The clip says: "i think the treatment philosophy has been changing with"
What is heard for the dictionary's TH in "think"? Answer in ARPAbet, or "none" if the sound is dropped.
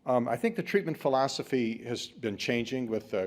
TH